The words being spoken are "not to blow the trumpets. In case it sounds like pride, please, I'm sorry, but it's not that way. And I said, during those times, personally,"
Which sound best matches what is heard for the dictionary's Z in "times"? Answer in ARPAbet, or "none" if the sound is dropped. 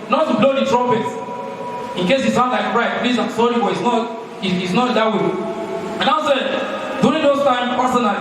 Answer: none